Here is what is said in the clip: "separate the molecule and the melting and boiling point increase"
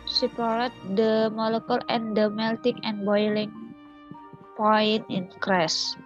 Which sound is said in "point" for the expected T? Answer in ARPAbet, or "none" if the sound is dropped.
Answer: none